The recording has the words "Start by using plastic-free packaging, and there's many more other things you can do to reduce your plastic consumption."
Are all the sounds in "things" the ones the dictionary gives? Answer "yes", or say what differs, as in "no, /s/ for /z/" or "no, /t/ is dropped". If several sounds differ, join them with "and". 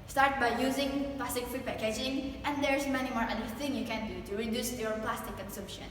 no, /z/ is dropped